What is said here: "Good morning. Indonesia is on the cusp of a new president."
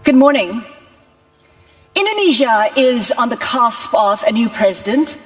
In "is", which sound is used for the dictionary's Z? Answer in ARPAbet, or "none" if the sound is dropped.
Z